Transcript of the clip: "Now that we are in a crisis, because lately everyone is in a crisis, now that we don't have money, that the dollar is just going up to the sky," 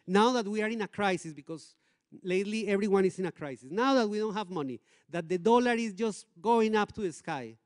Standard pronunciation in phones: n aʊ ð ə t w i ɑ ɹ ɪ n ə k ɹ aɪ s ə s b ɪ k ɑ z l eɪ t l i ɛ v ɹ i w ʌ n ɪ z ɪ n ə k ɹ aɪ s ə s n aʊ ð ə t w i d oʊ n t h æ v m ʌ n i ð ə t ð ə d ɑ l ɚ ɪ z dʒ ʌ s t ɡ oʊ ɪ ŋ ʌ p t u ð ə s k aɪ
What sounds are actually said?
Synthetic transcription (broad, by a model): n aʊ ð ə t w i ɑ ɹ ɪ n ə k ɹ aɪ s ə s b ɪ k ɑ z l eɪ t l i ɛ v ɹ i w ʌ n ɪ s ɪ n ə k ɹ aɪ s ə s n aʊ ð ə t w i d oʊ n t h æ v m ʌ n i ð ə t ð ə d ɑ l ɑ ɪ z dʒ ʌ s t ɡ oʊ ɪ ŋ ʌ p t u ð ə s k aɪ